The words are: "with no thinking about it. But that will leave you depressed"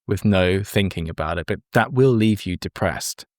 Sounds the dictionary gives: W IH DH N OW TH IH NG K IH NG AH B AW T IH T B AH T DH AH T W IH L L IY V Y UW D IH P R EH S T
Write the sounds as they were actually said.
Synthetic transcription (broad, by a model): W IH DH N OW TH IH NG K IH NG AH B AW T IH T B AH T DH AH T W IH L L IY V Y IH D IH P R EH S T